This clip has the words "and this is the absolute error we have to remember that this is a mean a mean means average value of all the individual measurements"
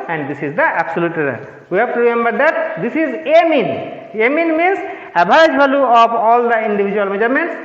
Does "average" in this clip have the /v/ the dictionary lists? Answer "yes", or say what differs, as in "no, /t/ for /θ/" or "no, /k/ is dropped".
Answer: no, /b/ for /v/